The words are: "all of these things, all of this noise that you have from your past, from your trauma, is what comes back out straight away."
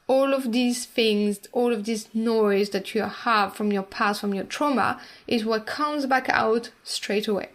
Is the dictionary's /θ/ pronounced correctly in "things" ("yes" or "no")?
yes